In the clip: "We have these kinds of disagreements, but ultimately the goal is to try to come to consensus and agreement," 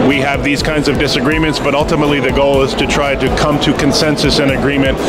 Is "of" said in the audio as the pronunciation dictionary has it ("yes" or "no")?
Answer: yes